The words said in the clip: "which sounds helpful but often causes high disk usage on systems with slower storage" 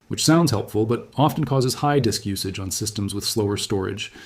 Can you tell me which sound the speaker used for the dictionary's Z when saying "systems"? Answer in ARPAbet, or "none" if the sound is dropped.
Z